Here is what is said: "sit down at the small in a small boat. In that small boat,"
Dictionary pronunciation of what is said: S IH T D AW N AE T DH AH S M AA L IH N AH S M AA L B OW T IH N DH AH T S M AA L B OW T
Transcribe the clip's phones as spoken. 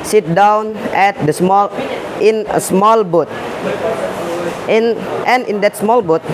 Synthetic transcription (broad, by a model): S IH T D AW N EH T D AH S M AA L IH N AH S M AA L B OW T IH N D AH T S M AA L B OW T